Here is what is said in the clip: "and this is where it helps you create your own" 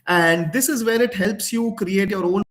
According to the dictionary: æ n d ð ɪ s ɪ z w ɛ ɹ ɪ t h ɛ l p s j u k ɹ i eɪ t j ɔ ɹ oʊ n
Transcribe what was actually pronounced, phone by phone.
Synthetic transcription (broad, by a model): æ n d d ɪ s ɪ z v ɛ ɹ ɪ t h ɛ l p s j u k ɹ i eɪ t j ɔ ɹ oʊ n